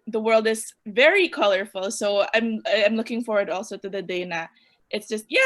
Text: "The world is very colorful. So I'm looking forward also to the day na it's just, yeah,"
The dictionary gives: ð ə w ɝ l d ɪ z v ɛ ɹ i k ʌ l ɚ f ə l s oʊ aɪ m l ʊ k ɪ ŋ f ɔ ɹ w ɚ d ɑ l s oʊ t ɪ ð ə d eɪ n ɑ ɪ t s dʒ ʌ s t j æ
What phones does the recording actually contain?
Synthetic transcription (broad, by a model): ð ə w ɝ l d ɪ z v ɛ ɹ i k ʌ l ɚ f ə l s oʊ aɪ m l ʊ k ɪ ŋ f ɔ ɹ w ɚ d ɑ l s oʊ t ɪ ð ə d eɪ n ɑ ɪ t s dʒ ʌ s t j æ